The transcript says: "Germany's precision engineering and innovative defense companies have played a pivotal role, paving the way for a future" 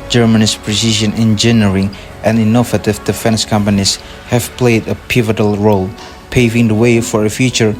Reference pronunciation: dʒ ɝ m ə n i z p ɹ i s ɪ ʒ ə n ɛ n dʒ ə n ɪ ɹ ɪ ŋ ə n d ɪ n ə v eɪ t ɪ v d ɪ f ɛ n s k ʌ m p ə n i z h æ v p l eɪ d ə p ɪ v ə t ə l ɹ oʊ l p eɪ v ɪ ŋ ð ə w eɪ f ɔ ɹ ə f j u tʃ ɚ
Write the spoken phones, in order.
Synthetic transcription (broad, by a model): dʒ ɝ m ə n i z p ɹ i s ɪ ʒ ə n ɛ n dʒ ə n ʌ ɹ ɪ ŋ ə n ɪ n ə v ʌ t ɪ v d ɪ f ɛ n s k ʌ m p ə n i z h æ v p l eɪ d ə p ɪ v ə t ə l ɹ oʊ l p eɪ v ɪ ŋ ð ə w eɪ f ɔ ɹ ə f j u tʃ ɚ